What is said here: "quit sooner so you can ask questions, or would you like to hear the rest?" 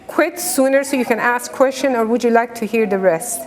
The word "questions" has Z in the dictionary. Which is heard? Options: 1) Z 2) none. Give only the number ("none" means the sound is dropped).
2